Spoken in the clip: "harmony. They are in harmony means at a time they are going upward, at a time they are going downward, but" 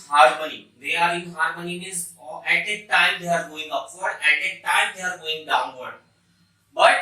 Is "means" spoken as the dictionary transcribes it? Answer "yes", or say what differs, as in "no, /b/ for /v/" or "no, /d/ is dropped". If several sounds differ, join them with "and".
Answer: no, /n/ is dropped